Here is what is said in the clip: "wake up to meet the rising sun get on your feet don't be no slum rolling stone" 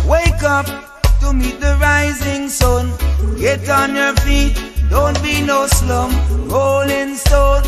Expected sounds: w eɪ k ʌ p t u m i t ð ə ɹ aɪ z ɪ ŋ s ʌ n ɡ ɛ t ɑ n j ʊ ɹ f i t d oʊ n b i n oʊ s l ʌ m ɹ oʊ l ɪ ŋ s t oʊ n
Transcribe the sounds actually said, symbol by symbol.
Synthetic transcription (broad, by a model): w eɪ k ʌ p t u m i t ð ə ɹ aɪ z ɪ ŋ s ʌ n ɡ ɛ t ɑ n j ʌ ɹ f i t d oʊ n b i n oʊ s l ʌ m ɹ oʊ l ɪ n s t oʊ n